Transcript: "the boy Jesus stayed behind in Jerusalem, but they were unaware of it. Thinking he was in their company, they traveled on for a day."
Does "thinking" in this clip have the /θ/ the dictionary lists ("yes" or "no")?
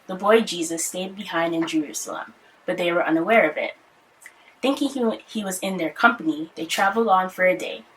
yes